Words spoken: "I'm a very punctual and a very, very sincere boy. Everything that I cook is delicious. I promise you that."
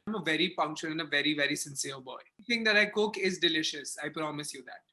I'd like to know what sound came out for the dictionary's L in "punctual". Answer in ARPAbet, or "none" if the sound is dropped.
N